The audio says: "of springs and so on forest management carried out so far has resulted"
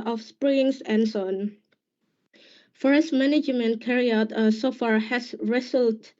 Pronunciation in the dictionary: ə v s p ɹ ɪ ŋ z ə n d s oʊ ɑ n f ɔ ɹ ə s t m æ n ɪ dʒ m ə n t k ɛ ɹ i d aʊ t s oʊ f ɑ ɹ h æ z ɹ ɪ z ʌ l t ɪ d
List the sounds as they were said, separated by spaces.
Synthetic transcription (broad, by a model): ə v s p ɹ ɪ ŋ s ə n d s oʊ ɑ n f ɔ ɹ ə s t m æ n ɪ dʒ m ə n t k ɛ ɹ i aʊ t s oʊ f ɑ ɹ h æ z ɹ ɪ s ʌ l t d